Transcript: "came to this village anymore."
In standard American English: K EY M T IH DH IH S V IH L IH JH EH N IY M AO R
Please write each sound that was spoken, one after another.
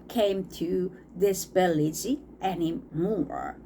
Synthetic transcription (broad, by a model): K EY M T IH DH IH S B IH L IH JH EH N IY M AO R